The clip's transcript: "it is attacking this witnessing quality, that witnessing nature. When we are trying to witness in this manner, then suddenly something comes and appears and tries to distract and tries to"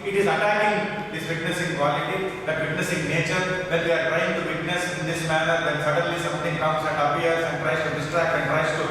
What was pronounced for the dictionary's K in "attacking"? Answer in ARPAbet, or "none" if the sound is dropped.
none